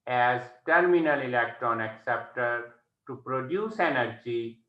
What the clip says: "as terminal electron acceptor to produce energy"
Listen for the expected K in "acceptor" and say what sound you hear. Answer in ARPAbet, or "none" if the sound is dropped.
K